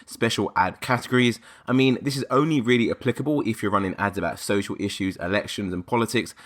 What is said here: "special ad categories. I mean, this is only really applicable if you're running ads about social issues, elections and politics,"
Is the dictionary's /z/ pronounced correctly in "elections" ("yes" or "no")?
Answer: yes